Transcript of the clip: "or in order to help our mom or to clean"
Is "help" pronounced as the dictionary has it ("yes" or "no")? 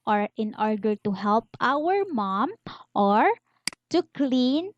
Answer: yes